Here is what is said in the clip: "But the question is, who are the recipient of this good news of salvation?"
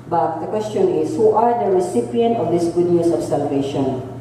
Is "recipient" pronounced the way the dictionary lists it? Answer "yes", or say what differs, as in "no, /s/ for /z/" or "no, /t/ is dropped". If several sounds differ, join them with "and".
yes